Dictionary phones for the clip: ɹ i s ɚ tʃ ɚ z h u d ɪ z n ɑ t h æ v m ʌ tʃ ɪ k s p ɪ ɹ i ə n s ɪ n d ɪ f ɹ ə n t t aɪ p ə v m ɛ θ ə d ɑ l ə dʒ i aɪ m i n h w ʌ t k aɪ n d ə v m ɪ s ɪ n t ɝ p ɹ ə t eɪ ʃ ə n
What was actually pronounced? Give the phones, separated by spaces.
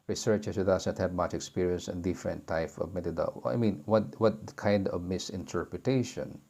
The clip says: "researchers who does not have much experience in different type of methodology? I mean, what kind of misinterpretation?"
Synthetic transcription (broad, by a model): ɹ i s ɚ tʃ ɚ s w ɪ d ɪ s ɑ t h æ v m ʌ tʃ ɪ k s p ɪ ɹ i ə n s ɪ n d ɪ f ɹ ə n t t aɪ p ə v m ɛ t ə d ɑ ə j m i n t w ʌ t k aɪ n d ə v m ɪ s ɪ n t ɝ p ɹ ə t eɪ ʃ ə n